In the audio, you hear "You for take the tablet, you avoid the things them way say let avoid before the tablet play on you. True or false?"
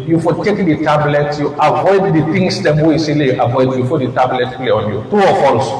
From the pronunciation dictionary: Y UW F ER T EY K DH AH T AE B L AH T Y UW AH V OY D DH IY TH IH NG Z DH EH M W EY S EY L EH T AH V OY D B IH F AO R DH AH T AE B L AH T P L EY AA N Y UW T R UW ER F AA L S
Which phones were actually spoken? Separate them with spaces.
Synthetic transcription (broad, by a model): Y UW F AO T EY K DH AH T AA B L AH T Y UW AH V OY D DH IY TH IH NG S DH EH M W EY S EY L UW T AH V OY D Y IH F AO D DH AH T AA B L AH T P L EY AA N Y UW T UW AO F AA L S